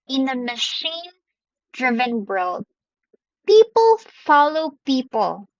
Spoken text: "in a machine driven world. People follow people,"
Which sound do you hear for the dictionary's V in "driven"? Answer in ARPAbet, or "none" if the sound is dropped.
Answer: V